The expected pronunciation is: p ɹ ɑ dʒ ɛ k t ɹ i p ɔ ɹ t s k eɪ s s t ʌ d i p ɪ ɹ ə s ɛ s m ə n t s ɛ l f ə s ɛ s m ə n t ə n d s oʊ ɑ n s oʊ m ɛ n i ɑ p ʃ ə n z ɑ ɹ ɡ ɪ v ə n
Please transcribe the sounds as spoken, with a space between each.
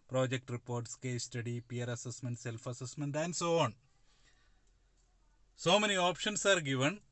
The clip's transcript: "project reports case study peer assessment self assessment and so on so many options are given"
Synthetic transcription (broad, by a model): p ɹ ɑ dʒ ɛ k t ɹ i p ɔ ɹ t s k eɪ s s t ʌ d i p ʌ ɹ ə s ɛ s m ə n t s ɛ l f ə s ɛ s m ə n t ə n d s oʊ ɑ n s oʊ m ɛ n i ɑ p ʃ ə n s ɑ ɹ ɡ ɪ v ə n